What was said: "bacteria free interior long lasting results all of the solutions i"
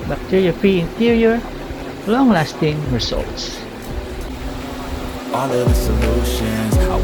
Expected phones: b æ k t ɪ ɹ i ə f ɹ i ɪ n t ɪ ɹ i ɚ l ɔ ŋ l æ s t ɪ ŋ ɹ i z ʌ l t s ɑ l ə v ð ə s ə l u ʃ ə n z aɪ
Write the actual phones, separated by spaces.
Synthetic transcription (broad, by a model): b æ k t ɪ ɹ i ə f ɹ i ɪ n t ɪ ɹ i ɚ l ɔ ŋ l æ s t ɪ ŋ ɹ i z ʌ l t s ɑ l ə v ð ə s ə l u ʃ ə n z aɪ